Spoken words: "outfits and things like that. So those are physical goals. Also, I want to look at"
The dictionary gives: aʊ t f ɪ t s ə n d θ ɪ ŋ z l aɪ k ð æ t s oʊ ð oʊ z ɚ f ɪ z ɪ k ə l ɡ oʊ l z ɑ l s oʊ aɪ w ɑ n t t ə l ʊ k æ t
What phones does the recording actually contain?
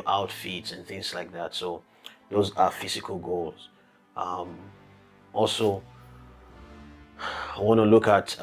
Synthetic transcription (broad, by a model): aʊ t f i t s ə n θ ɪ ŋ z l aɪ k ð æ t s oʊ ð oʊ z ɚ f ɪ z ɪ k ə l ɡ oʊ l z ɑ l s oʊ aɪ w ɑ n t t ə l ʊ k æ t